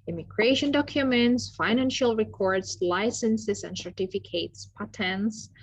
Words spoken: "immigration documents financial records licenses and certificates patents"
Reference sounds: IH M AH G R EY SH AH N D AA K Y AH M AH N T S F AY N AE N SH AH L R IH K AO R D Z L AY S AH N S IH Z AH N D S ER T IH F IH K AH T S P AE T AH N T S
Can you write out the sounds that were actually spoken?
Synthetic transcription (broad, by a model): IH M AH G R EY SH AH N D AA K Y AH M AH N T S F AY N AE N SH AH L R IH K AO R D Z L AY S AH N S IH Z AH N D S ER T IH F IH K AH T S P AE T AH N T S